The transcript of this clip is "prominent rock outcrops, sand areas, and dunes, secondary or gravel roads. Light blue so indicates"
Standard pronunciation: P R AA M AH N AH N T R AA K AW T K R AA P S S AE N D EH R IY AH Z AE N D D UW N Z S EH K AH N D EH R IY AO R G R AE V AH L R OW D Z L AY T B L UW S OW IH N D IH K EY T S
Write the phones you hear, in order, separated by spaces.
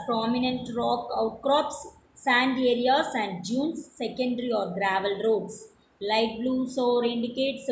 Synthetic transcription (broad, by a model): P R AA M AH N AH N T R AA K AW T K R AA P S S AE N D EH R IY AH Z AE N D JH UW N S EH K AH N D R IY AO R G R AE V AH L R OW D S L AY T B L UW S OW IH N D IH K EY T S